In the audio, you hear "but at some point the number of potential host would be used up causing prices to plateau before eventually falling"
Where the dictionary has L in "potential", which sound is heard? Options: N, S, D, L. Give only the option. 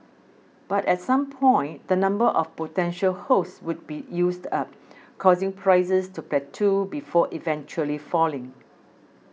L